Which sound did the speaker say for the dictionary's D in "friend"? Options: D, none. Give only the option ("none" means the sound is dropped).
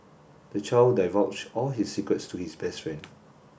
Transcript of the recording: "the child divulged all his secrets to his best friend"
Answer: none